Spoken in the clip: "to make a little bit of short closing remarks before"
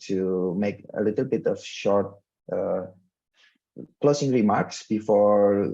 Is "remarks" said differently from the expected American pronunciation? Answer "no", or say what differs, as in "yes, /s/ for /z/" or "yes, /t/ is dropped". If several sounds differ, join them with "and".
no